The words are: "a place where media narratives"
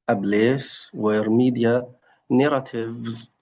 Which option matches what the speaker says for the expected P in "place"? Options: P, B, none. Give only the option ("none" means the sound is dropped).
B